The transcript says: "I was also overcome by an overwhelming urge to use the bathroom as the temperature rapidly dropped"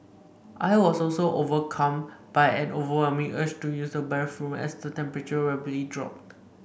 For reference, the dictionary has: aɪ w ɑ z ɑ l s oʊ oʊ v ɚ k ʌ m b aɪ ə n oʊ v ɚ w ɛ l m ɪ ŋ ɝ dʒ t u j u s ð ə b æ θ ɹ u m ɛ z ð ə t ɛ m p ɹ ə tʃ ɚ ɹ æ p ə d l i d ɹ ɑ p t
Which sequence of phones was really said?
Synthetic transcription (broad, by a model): aɪ w ɑ s ɑ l s oʊ oʊ v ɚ k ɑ m b aɪ ə n oʊ v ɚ w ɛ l m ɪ ŋ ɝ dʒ t u j u s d ə b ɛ f ɹ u m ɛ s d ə t ɛ m p ɹ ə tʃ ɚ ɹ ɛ b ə l i d ɹ ɑ p t